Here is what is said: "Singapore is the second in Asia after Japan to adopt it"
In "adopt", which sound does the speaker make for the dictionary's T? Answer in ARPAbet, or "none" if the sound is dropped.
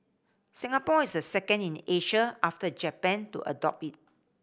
none